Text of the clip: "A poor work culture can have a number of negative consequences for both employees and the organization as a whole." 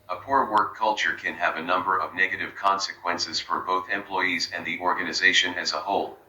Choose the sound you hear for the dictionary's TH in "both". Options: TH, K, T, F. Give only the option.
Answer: TH